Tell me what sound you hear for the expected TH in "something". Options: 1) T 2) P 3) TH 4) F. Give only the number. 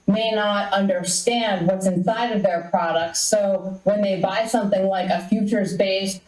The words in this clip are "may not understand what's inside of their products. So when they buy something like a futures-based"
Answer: 3